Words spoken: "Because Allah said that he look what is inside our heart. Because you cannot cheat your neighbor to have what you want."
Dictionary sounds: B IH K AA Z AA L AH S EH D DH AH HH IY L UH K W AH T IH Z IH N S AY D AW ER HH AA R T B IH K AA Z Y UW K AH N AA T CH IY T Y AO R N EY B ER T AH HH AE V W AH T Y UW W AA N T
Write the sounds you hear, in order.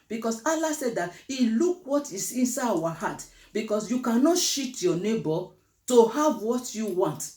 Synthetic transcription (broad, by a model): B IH K AA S AA L AH S EH D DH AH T IY L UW K W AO T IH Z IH N S AY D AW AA HH AA T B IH K AA S Y UW K AH N AA T SH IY T Y AO N EY B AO T AH HH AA V W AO T Y UW W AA N T